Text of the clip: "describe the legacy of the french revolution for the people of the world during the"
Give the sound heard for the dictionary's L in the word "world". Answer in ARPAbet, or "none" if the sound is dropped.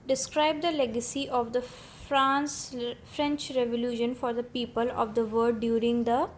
none